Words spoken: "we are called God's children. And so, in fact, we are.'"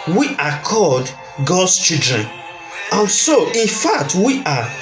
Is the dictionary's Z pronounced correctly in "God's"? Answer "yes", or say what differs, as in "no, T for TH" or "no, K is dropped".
no, S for Z